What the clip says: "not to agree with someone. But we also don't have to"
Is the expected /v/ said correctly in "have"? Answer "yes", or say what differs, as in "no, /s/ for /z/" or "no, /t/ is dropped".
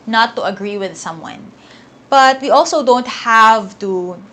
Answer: yes